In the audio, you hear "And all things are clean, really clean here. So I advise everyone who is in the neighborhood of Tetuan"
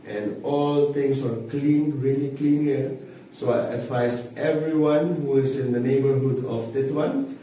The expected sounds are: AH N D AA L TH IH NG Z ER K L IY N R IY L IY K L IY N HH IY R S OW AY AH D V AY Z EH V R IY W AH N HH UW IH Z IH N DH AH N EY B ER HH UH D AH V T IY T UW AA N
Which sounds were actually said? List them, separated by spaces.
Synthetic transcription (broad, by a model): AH N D AA L T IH NG S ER K L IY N R IY L IY K L IY N HH IY R S OW AY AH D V AY S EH V R IY W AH N HH UW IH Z IH N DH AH N EY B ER HH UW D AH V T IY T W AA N